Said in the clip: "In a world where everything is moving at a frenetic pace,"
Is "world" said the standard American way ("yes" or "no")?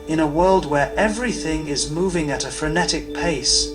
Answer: yes